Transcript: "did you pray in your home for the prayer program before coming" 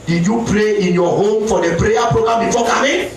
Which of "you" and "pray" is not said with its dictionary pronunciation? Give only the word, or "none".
none